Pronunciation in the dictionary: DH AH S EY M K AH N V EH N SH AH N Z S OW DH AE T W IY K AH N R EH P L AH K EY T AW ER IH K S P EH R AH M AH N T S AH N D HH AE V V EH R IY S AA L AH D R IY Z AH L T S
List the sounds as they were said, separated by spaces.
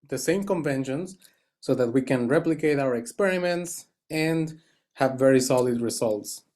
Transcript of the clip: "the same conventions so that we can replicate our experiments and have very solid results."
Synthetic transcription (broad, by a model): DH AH S EY M K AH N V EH N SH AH N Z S OW DH AE T W IY K AH N R EH P L AH K EY T AW ER IH K S P EH R AH M AH N T S AH N D HH AE V V EH R IY S AA L AH D R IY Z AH L T S